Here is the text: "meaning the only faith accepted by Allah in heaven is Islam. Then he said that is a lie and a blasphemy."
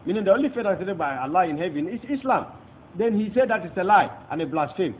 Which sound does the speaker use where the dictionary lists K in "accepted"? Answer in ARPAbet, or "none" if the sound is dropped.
none